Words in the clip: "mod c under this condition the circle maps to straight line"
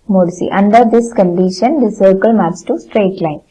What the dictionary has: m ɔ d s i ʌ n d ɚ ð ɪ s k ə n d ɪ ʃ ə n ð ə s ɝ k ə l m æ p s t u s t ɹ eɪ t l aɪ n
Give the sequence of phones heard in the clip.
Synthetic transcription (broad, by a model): m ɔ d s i ʌ n d ɚ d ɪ s k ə n d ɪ ʃ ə n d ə s ɝ k ə l m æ s t u s t ɹ eɪ t l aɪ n